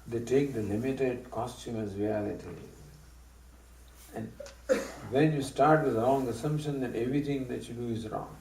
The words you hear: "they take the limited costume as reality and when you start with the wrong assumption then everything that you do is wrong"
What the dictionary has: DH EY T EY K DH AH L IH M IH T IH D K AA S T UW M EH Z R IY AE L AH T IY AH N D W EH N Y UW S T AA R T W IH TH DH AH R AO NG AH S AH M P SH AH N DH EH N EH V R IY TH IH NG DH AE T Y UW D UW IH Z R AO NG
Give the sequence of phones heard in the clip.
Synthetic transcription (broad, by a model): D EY T EY K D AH L IH M IH T IH D K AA S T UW M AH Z R IY AE L AH T IY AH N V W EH N Y UW S T AA R T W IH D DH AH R AO NG AH S AH M P SH AH N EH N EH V R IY T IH NG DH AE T Y UW D UW IH Z R AO NG